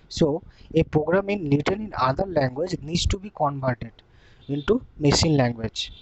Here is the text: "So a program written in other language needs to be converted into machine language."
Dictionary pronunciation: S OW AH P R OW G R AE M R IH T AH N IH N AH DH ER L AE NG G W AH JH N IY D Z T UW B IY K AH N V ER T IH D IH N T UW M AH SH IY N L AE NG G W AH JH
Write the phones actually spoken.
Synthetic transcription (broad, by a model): S OW AH P R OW G R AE M L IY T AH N IH N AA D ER L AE NG G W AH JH N IY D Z T UW B IY K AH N B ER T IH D IH N T UW M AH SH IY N L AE NG G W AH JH